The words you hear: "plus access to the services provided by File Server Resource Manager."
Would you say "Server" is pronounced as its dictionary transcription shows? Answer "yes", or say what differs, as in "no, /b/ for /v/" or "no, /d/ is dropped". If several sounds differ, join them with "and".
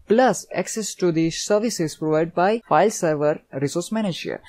yes